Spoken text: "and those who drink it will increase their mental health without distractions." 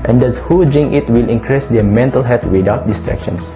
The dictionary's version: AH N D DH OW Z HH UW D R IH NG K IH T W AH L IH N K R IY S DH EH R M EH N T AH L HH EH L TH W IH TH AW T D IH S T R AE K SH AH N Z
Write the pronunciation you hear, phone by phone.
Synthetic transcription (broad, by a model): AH N D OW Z HH UW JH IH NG IH T W AH L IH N K R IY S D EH M EH N T AH L HH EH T W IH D AW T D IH S T R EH K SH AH N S